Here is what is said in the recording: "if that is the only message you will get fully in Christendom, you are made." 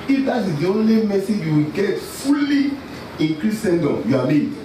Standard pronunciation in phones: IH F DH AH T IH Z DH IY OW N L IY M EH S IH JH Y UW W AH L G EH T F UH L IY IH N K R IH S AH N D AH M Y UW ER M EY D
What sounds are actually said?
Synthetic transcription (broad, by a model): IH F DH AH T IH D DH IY OW N L IY M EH S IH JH Y UW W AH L G EH T F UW L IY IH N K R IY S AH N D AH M Y UW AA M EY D